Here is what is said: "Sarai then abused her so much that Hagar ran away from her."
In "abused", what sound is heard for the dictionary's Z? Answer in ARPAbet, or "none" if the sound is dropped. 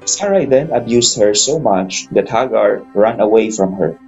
S